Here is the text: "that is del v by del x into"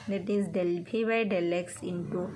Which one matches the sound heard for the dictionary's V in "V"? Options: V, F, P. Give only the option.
P